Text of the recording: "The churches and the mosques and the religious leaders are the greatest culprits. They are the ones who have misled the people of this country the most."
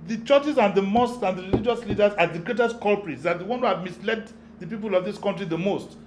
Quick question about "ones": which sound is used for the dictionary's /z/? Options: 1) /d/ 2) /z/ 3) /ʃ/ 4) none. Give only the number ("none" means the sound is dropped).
4